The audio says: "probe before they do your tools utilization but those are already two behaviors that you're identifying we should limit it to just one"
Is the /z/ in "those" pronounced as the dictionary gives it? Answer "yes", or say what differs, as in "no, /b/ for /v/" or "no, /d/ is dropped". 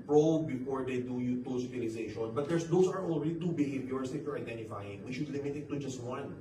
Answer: no, /s/ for /z/